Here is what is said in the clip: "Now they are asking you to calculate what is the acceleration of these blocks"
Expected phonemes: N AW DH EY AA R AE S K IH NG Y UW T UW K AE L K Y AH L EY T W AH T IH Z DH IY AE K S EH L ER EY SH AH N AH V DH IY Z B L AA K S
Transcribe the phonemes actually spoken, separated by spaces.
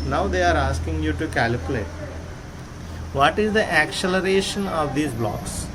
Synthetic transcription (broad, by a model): N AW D EY AA R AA S K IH NG Y UW T UW K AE L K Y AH L EY T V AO T IH Z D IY AE K S EH L ER EY SH AH N AH V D IY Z B L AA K S